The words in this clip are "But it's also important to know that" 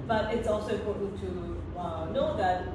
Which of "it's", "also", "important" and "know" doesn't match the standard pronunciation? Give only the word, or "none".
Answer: important